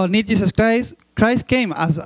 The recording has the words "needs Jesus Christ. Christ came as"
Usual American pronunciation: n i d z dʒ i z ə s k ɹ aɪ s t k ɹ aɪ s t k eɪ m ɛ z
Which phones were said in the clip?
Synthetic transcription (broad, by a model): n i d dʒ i s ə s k ɹ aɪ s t k ɹ aɪ s t k eɪ m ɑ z